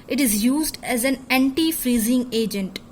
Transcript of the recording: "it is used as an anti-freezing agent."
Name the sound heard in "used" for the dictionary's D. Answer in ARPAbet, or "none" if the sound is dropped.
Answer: D